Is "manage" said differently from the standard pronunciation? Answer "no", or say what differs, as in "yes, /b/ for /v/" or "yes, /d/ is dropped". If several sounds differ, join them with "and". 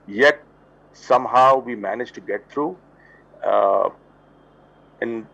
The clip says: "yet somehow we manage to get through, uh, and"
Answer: no